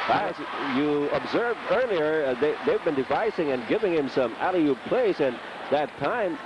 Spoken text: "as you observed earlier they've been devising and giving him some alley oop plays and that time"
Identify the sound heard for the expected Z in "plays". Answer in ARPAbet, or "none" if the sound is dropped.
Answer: S